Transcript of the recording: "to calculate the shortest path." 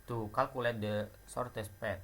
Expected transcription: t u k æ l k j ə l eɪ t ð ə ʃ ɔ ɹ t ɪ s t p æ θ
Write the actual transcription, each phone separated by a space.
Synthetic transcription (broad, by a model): t u k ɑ l k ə l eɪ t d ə s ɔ ɹ t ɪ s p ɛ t